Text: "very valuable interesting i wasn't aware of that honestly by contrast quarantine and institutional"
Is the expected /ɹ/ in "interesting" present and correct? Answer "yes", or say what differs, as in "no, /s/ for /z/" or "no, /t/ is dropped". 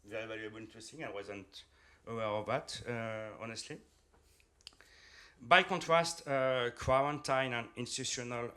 no, /ɹ/ is dropped